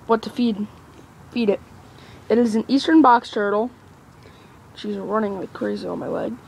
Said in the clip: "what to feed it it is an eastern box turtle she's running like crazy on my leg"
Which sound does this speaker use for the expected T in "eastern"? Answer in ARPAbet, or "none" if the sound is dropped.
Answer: T